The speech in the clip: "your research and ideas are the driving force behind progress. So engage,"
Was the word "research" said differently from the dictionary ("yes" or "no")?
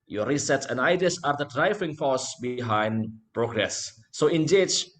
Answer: yes